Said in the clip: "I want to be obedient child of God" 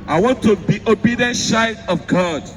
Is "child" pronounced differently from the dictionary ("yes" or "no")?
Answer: yes